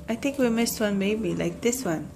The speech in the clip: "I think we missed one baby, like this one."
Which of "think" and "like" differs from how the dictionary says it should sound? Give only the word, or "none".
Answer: think